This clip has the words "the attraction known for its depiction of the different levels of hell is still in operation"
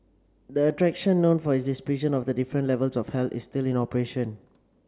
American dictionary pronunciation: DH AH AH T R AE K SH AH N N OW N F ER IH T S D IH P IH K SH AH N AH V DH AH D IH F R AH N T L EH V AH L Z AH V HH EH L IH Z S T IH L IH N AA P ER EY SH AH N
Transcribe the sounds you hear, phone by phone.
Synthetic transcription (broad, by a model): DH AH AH T R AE K SH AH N N OW N F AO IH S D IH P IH SH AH N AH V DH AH D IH F R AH N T L EH V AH L S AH F HH EH L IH S T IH L IH N AA P ER EY SH AH N